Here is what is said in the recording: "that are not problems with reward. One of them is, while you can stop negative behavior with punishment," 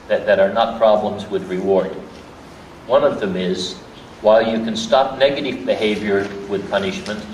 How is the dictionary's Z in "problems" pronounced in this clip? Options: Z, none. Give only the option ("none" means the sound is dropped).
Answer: Z